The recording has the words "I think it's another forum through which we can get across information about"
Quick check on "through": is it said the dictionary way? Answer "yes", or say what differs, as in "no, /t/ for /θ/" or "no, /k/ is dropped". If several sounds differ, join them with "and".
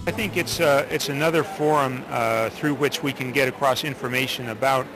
yes